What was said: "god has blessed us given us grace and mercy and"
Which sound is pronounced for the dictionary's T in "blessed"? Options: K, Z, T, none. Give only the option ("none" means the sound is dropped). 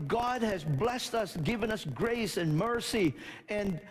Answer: T